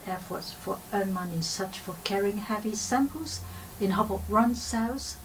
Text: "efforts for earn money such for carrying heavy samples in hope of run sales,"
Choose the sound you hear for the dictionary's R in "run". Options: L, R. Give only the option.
R